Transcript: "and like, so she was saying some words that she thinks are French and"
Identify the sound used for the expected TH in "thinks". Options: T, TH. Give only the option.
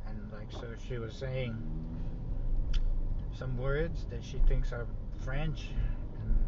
TH